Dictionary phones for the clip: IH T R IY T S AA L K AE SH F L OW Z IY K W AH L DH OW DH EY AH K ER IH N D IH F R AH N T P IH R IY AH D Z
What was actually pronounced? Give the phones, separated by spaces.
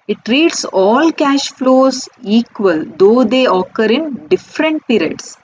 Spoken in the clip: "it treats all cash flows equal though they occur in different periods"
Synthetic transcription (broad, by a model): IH T R IY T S AA L K AE SH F L OW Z IY K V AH L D OW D EY AH K ER IH N D IH F R AH N T P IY R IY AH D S